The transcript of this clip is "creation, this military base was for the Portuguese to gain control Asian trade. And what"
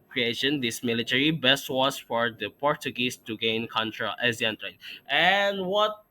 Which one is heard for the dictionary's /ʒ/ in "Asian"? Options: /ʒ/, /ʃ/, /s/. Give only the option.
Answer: /s/